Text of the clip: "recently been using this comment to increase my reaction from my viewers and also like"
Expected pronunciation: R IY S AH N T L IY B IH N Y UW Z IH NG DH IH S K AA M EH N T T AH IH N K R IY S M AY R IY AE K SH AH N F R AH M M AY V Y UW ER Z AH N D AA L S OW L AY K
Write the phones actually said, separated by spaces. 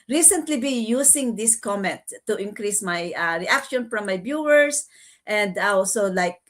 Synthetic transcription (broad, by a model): R IY S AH N T L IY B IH Y UW S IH NG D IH S K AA M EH N T T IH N K R IY S M AY R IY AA K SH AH N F R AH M M AY B Y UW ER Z AH N D AA L S OW L AY K